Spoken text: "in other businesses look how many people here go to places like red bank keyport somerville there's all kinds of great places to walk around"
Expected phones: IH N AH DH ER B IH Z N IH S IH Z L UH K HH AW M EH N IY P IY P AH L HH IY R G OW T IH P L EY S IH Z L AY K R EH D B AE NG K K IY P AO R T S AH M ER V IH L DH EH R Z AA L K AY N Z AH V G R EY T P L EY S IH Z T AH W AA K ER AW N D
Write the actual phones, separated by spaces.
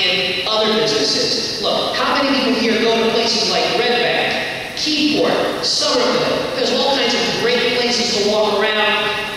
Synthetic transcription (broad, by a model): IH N AH DH ER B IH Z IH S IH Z L UH K HH AW M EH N IY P IY P L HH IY R G OW T IH P L EY S IH Z L AY K R EH D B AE K K IY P AO R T S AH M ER B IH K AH Z AA L K AY N Z AH V G R EY T P L EY S IH Z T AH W AA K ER AW N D